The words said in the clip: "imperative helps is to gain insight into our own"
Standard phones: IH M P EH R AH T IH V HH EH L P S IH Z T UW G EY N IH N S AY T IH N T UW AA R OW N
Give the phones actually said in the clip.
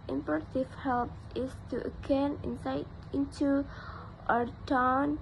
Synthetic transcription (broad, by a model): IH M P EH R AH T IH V HH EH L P IH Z T UW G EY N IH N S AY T IH N T UW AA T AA N